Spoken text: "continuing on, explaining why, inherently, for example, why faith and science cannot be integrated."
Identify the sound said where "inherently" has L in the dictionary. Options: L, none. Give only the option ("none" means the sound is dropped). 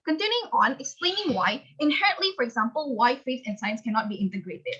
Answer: L